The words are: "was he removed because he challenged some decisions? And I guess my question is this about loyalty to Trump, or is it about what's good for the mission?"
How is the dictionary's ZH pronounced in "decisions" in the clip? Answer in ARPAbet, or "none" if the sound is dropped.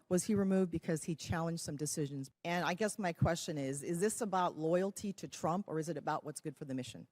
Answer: ZH